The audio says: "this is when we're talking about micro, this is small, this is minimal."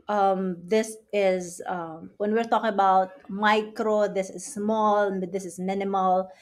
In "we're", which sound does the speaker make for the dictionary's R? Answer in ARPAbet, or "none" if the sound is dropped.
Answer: R